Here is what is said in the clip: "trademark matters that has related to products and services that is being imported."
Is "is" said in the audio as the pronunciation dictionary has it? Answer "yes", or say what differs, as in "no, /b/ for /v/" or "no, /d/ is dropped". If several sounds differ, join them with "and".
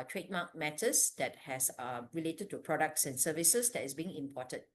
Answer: no, /s/ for /z/